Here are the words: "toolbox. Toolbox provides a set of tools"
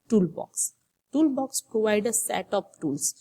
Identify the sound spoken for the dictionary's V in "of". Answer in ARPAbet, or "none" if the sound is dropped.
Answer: P